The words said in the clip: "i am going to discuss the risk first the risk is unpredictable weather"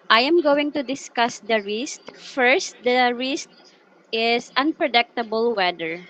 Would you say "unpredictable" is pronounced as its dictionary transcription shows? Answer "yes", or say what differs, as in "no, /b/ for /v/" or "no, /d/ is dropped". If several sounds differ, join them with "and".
yes